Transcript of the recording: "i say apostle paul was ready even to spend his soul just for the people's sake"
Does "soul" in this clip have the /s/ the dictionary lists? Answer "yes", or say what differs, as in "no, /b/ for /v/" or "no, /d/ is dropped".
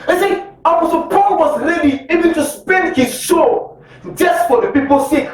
no, /ʃ/ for /s/